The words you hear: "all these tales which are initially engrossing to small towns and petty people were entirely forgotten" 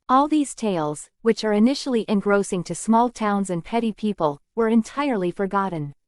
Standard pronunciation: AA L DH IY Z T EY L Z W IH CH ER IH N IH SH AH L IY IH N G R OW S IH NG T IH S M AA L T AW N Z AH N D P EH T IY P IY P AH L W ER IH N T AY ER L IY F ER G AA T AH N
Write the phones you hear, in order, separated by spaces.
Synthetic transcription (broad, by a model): AA L DH IY Z T EY L Z W IH CH ER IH N IH SH L IY IH N G R OW S IH NG T IH S M AA L T AW N Z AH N P EH T IY P IY P AH L W ER IH N T AY ER L IY F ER G AA T N